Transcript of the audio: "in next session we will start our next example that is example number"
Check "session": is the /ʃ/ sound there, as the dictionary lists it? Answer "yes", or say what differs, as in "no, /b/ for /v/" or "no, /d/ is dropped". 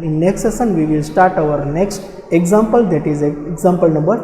no, /s/ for /ʃ/